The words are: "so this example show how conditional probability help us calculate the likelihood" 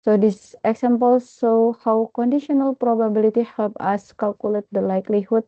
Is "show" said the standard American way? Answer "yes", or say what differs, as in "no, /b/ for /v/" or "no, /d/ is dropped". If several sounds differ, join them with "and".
no, /s/ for /ʃ/